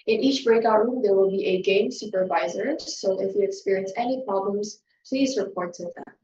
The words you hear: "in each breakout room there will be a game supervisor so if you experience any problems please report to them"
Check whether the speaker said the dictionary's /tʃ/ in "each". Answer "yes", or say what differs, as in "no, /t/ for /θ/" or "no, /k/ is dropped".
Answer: yes